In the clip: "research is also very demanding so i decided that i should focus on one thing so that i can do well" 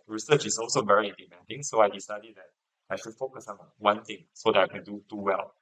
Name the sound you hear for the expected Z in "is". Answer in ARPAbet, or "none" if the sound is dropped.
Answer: S